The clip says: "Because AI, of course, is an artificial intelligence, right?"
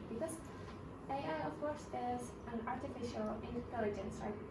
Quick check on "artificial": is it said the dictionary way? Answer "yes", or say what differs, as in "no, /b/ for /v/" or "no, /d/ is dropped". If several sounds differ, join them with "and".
yes